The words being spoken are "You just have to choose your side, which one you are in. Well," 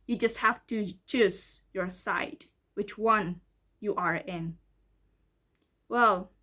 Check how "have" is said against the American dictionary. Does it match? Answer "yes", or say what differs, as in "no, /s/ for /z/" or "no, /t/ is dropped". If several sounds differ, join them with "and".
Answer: no, /f/ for /v/